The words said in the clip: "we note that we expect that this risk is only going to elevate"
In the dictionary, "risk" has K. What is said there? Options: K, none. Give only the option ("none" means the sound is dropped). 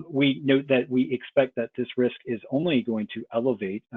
K